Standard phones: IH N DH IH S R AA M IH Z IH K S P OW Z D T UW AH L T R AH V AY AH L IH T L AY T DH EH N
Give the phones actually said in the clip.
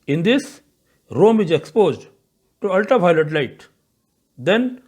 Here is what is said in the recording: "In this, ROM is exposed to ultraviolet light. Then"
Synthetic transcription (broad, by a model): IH N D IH S R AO M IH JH IH K S P OW Z D T UW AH L T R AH P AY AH L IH T L AY T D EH N